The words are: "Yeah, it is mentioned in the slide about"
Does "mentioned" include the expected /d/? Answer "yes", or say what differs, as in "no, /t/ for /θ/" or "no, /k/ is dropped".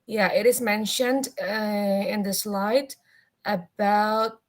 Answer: yes